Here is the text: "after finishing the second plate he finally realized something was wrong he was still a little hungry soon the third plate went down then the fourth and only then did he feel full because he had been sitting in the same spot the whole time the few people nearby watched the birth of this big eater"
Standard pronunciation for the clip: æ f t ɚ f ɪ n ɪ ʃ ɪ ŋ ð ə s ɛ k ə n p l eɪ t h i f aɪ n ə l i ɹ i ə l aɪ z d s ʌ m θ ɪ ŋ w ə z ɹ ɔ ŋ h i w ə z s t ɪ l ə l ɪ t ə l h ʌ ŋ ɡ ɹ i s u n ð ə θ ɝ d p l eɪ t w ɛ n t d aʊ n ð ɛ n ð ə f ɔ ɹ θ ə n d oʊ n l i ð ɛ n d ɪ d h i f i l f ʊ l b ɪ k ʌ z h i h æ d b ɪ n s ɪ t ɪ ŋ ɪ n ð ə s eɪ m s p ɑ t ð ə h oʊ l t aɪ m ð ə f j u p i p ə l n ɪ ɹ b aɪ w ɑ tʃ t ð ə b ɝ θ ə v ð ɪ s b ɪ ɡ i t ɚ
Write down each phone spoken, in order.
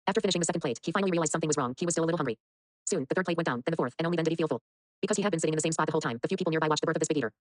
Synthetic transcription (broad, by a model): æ f t ɚ f ɪ n ɪ ʃ ɪ ŋ ð ə s ɛ k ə n p l eɪ t h i f aɪ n l i ɹ i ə l aɪ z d s ʌ m θ ɪ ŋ w ə z ɹ ɔ ŋ h i w ə z s t ɪ l ə l ɪ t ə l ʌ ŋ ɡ ɹ i s u n ð ə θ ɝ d p l eɪ t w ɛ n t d aʊ n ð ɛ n ð ə f ɔ ɹ θ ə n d oʊ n i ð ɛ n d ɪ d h i f i l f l b ɪ k ʌ z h i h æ d b ɪ n s ɪ t ɪ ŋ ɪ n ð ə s eɪ m s p ɑ t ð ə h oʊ l t aɪ m ð ə f j u p i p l n ɪ ɹ b aɪ w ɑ tʃ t ð ə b ɝ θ ə v ð ɪ s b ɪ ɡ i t ɚ